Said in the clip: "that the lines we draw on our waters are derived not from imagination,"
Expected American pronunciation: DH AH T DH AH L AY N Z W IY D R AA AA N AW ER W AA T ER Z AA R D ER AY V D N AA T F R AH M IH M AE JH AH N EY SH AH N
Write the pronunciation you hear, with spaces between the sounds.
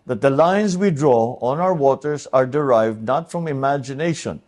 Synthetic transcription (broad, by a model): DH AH T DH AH L AY N S W IY D R AA AA N AW ER W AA T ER S AA R D ER AY V D N AA T F R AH M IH M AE JH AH N EY SH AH N